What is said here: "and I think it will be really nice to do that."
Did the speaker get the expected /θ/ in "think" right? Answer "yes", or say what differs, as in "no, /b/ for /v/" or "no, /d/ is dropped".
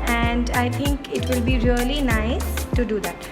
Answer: no, /t/ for /θ/